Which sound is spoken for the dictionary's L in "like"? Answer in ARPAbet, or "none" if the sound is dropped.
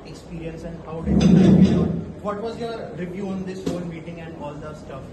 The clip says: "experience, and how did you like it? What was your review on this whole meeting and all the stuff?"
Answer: N